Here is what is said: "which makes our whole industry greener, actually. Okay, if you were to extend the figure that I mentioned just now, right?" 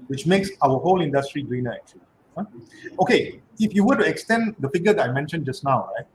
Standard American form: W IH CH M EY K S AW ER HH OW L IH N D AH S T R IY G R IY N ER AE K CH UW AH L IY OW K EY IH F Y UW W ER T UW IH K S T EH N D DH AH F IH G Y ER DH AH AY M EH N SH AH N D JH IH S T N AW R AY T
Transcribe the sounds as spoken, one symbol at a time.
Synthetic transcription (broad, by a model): W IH CH M EY K S AW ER HH OW L IH N D AH S T R IY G R IY N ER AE K CH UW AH L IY OW K EY IH F Y UW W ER T UW IH K S T EH N D AH F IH G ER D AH AY M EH N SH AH N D JH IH S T N AW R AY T